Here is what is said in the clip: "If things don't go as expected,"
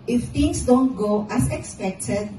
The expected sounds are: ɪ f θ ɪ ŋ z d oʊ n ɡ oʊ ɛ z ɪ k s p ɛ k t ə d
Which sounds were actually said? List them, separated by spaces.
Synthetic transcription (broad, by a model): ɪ f t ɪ ŋ s d oʊ n ɡ oʊ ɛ s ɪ k s p ɛ k t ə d